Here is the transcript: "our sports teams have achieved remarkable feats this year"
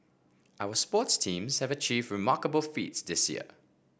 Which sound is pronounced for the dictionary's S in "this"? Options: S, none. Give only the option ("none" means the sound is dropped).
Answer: S